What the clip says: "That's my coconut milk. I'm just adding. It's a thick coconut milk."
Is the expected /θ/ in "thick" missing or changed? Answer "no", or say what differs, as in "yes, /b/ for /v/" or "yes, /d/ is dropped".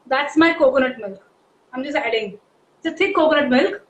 yes, /t/ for /θ/